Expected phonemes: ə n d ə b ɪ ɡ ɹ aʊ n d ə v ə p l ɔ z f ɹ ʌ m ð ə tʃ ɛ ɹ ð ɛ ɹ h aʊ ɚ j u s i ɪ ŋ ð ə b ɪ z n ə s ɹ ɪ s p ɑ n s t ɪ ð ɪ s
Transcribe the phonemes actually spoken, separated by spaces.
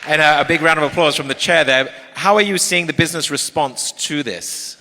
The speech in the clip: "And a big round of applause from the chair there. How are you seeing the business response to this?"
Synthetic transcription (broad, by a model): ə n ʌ ə b ɪ ɡ ɹ aʊ n d ə v ə p l ɔ z f ɹ ʌ m ð ə tʃ ɛ ɹ ð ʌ ɹ h aʊ ɚ j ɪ s i ɪ ŋ ð ə b ɪ z n ə s ɹ ɪ s p ɑ n s t ɪ ð ɪ s